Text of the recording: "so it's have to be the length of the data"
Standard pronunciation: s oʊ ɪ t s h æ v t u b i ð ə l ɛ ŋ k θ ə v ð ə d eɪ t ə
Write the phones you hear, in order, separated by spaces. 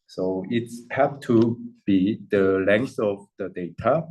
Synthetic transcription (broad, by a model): s oʊ ɪ t s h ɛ p t u b i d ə l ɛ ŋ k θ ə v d ə d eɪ t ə